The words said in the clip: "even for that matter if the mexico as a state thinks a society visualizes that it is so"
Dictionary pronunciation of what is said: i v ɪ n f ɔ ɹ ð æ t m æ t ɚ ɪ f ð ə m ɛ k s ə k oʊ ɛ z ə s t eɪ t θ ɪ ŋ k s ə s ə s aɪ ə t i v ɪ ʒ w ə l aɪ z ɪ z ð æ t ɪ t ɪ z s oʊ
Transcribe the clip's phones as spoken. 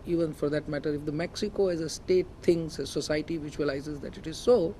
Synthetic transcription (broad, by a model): i v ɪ n f ɔ ɹ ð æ t m æ t ɚ ɪ f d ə m ɛ k s ə k oʊ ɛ z ə s t eɪ t t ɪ ŋ s ə s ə s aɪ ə t i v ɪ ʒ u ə l aɪ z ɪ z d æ t ɪ t ɪ z s oʊ